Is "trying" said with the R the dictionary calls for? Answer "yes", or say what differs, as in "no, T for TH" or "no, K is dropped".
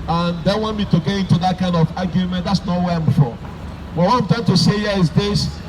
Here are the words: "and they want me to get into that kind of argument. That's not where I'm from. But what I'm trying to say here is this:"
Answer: no, R is dropped